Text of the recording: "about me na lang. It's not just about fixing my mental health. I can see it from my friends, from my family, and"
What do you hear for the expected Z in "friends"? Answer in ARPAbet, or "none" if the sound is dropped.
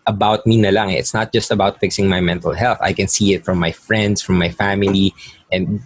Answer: S